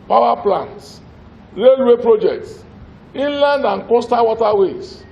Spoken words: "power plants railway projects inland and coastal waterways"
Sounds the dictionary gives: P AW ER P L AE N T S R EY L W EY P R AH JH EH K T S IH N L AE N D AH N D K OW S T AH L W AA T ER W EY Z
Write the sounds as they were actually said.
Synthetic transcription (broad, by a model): P AW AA P L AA N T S R EY L W EY P R AH JH EH K T S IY N L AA N D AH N K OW S T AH W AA T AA W EY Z